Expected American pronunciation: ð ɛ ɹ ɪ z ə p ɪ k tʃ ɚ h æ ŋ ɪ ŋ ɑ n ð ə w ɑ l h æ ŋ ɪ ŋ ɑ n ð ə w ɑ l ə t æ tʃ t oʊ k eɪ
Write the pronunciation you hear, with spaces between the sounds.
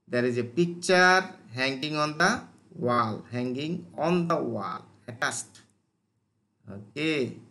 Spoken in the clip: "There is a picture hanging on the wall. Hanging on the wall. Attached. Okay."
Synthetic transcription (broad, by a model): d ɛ ɹ ɪ z ə p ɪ k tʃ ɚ h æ ŋ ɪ ŋ ɑ n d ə w ɑ l h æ ŋ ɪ ŋ ɑ n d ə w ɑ l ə t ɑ s t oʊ k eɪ